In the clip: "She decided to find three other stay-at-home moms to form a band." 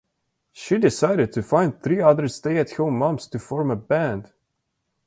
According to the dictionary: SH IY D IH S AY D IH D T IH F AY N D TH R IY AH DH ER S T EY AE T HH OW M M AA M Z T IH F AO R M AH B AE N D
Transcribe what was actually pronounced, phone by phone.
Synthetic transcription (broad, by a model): SH IY D IH S AY D IH D T IH F AY N D TH R IY AH DH ER S T EY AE T HH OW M M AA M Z T IH F AO R M AH B AE N D